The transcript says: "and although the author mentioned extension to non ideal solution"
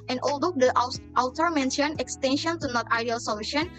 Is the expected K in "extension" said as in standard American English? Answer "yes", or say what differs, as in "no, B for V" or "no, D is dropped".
yes